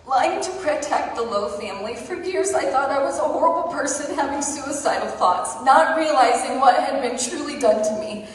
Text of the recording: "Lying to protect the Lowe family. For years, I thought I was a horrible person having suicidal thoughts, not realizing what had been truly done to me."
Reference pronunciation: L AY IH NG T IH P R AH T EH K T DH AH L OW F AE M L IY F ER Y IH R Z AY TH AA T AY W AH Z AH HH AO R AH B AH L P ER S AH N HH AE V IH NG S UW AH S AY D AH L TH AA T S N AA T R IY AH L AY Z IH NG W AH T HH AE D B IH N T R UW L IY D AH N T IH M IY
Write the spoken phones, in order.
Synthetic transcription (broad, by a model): L AY IH NG T IH P R AH T EH K T DH AH L OW F AE M L IY F ER Y IH R Z AY TH AA T AY W AH Z AH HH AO R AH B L P ER S AH N HH AE V IH NG S UW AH S AY D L TH AA T S N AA T R IY AH L AY Z IH NG W AH T HH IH D B IH N T R UW L IY D AH N T IH M IY